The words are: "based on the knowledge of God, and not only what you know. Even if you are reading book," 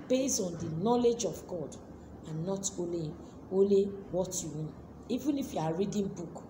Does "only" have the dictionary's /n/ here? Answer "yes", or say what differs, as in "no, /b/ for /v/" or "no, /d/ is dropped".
no, /l/ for /n/